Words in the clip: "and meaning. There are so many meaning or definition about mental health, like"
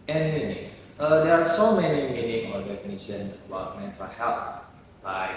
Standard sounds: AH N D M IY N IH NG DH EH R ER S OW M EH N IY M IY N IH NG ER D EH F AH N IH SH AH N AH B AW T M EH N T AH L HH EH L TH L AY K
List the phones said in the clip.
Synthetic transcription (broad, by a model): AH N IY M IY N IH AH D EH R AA S OW M EH N IY M IY N IH NG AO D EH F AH N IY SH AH N AH B AW T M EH N S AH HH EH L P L AY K